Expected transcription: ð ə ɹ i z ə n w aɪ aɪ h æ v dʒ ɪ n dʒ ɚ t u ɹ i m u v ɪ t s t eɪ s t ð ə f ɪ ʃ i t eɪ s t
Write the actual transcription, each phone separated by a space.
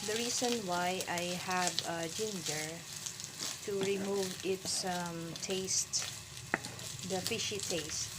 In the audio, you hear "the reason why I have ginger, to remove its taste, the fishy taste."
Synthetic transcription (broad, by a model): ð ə ɹ i s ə n w aɪ aɪ h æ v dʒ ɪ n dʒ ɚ t u ɹ i m u v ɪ t s t eɪ s t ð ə f ɪ ʃ i t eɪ s t